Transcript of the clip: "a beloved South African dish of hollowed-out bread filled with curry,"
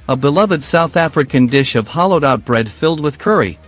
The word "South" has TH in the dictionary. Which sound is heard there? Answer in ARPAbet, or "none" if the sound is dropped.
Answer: TH